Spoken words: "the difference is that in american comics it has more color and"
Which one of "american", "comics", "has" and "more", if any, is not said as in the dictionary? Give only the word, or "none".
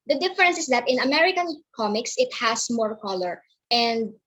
has